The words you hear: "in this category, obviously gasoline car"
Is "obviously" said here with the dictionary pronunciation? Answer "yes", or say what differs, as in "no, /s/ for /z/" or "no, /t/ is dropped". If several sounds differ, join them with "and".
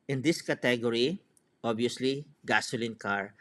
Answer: no, /v/ is dropped